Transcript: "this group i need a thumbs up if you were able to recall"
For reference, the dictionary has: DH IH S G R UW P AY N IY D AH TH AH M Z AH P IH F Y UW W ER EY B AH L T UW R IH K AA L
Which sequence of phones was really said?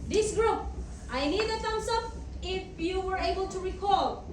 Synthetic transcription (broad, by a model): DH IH S G R UW P AY N IY D AH T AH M S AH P IH F Y UW W ER EY B AH L T UW R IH K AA L